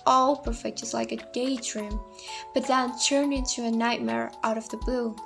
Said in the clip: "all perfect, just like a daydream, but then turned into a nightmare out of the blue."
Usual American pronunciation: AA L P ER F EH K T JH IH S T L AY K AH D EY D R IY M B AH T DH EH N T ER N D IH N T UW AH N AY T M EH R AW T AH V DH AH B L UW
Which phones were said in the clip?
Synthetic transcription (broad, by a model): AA L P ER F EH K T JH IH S L AY K AH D EY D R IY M B AH T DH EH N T ER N IH N T UW AH N AY T M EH R AW T AH V DH AH B L UW